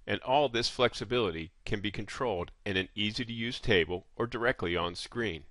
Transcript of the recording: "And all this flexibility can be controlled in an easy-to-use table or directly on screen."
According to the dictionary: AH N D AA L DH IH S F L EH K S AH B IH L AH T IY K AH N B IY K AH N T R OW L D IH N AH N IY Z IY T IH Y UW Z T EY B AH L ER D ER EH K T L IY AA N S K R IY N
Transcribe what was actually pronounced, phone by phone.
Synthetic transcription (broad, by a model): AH N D AA L DH IH S F L EH K S AH B IH L AH T IY K AH N B IY K AH N T R OW L D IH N AH N IY Z IY T IH Y UW Z T EY B AH L ER D ER EH K T L IY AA N S K R IY N